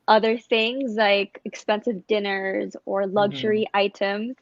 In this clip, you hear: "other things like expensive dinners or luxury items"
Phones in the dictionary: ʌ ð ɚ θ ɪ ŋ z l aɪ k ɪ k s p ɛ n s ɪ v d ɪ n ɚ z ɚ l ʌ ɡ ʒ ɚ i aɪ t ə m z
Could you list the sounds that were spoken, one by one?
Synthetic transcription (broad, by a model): ʌ ð ɚ θ ɪ ŋ z l aɪ k ɪ k s p ɛ n s ɪ v d ɪ n ɚ z ɚ l ʌ ɡ ʒ ɚ i aɪ t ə m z